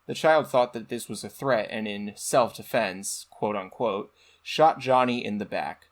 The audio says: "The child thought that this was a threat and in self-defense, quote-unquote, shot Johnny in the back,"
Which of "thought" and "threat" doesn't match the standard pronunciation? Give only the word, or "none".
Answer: none